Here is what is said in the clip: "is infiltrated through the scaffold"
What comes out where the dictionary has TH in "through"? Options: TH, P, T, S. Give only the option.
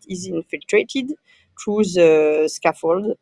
T